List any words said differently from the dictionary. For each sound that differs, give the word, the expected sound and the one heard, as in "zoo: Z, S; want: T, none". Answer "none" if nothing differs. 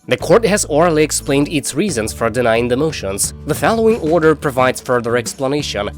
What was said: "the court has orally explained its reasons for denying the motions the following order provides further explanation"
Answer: none